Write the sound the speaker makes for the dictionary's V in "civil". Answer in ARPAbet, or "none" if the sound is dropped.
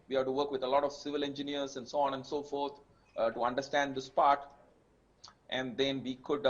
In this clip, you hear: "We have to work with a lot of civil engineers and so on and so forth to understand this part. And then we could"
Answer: V